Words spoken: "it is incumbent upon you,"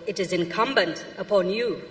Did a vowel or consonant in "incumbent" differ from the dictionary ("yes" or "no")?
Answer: no